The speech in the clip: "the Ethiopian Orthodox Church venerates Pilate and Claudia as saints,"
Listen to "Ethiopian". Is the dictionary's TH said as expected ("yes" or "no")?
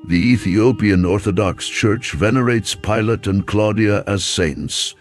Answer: yes